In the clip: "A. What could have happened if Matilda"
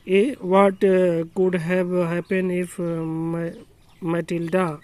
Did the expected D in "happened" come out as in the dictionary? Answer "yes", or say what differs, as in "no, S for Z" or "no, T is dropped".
no, D is dropped